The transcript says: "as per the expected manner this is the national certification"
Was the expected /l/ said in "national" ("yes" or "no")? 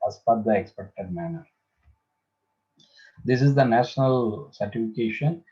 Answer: yes